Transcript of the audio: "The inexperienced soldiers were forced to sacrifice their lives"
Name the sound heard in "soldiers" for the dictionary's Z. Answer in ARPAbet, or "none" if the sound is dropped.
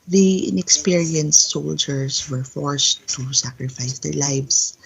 S